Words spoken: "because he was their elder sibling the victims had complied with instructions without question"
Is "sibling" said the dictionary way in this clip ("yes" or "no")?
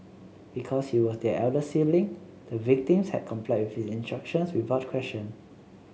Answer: no